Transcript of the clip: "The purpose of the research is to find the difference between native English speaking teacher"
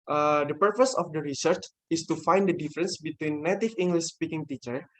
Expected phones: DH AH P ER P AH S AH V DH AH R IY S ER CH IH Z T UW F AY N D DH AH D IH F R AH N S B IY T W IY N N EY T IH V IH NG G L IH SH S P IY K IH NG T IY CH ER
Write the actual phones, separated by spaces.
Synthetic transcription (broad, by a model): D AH P ER P AH S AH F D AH R IY S ER CH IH S T UW F AY N D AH D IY F R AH N S B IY T W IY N N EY T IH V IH NG G L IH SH S P IY K IH NG T IY CH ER